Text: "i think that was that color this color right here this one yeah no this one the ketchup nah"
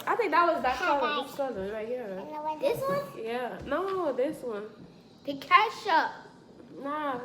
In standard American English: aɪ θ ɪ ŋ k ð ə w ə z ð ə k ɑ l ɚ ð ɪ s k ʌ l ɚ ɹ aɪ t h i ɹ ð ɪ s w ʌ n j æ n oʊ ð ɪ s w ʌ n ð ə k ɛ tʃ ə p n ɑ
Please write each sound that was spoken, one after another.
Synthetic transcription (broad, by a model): aɪ θ ɪ ŋ k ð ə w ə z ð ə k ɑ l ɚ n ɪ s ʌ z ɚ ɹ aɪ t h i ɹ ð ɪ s w ʌ n j æ n oʊ ð ɪ s w ʌ n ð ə k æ ʃ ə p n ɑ